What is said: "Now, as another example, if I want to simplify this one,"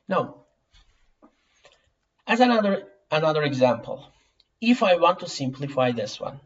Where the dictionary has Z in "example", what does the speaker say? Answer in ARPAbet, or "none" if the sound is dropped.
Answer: Z